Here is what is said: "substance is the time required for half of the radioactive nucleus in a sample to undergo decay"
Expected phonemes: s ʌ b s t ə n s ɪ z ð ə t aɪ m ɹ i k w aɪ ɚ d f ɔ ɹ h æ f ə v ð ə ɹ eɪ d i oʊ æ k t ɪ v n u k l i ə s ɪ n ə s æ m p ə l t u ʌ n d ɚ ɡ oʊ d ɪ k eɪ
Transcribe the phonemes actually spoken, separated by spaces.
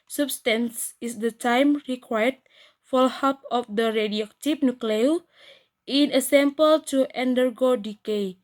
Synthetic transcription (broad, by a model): s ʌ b s t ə n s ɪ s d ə t aɪ m ɹ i k w aɪ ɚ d f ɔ l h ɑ p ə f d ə ɹ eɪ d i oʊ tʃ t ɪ p n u k l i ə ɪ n ə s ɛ m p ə l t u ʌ n d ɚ ɡ oʊ d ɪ k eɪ